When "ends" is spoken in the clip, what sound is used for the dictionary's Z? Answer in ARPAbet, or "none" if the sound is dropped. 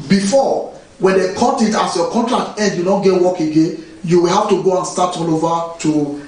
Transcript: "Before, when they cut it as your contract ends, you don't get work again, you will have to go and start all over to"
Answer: none